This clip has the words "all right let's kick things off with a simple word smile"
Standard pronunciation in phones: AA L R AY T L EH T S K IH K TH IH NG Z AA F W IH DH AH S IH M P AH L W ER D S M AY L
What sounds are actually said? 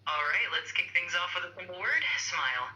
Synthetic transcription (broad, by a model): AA L R AY T L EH T S K IH K TH IH NG Z AA F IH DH AH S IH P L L W ER D S M AY L